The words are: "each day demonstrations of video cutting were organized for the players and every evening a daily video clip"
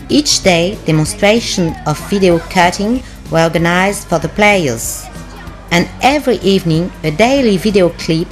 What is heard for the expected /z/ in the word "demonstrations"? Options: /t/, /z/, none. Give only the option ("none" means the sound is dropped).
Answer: none